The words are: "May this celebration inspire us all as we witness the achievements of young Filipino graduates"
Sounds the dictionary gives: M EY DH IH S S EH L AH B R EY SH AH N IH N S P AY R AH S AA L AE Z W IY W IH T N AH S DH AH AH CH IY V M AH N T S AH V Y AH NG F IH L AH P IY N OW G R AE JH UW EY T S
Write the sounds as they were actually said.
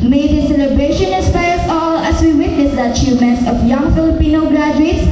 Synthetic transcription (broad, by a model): M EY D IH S S EH L AH B R EY SH AH N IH S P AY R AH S AA L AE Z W IY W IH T N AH S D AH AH CH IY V M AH N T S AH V Y AH NG F IH L AH P IY N OW G R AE JH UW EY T S